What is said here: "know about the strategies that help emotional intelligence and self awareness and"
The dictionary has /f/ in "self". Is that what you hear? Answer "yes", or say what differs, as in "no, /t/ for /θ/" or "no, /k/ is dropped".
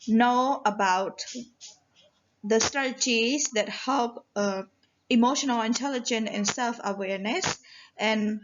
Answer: yes